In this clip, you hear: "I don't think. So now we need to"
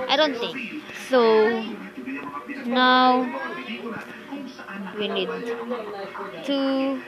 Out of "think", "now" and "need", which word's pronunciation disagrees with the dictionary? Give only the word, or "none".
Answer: none